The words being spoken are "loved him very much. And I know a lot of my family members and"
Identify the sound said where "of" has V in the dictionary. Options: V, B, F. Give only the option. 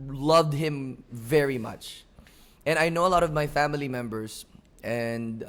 V